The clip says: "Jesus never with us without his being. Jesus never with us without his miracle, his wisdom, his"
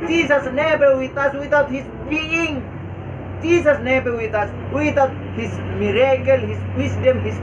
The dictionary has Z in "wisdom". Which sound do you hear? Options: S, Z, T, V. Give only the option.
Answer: S